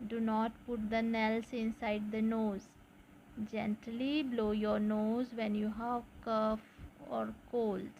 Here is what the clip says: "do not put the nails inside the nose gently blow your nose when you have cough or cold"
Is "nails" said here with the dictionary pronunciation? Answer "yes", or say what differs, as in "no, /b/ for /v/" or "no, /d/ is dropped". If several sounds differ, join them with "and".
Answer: no, /s/ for /z/